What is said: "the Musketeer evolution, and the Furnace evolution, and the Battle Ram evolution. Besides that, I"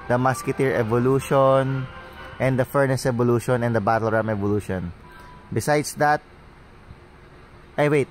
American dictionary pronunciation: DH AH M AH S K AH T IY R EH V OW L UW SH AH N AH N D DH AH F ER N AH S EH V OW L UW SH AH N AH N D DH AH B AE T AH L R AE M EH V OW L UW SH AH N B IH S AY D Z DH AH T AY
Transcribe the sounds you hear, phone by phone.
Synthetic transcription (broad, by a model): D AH M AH S K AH T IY R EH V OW L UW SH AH N AH N D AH F ER N AH S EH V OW L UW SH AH N AH N D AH B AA T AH L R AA M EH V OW L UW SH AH N B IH S AY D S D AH T AY